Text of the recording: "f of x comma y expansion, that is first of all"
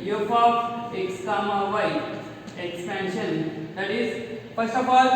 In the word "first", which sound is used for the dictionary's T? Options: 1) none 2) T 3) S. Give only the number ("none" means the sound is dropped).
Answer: 1